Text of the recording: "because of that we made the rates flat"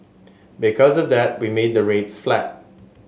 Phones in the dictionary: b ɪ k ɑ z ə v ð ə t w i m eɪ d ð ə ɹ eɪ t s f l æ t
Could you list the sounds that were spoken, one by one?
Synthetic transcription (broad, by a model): b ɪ k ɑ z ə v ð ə t w i m eɪ d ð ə ɹ eɪ t s f l æ t